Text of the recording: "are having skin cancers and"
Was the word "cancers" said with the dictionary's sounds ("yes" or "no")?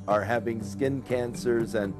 yes